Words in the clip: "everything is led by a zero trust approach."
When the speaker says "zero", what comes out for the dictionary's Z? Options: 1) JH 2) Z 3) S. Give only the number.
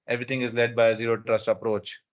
2